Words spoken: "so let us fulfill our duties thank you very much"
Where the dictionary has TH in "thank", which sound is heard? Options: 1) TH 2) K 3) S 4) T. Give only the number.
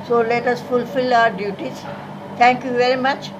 4